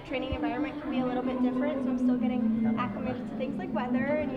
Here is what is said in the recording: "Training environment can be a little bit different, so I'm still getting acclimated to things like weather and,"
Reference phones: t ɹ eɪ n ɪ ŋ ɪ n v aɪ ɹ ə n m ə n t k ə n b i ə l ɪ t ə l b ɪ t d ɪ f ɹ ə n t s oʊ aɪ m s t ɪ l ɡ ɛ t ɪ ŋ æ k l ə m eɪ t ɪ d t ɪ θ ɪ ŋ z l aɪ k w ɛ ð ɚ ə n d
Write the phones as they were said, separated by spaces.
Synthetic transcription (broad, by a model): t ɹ eɪ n ɪ ŋ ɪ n v aɪ ɹ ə n m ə n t k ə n b i ə l ɪ t l b ɪ t d ɪ f ɹ ə n t s oʊ aɪ m s t ɪ l ɡ ɛ t ɪ ŋ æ k ə m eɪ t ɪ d t ɪ θ ɪ ŋ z l aɪ k w ɛ ð ɚ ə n